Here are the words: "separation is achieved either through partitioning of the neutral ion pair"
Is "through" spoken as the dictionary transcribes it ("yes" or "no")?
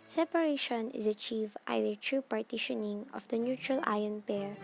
no